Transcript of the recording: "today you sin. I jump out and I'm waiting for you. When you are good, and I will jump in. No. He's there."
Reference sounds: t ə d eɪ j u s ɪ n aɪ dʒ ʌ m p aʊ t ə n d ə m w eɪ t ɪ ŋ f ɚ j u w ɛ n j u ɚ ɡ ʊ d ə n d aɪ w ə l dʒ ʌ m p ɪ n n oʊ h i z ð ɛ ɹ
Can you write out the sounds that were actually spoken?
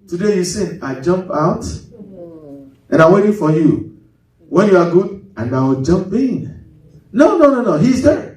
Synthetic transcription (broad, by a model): t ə d eɪ j u s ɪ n aɪ dʒ ʌ m p aʊ t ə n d ə m w eɪ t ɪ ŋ f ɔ j u w ɛ n j u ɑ ɡ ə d aɪ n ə w dʒ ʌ m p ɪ n n oʊ h i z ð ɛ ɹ